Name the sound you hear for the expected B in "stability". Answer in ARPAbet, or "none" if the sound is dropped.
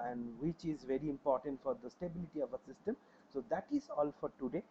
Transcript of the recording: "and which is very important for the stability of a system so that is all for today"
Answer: B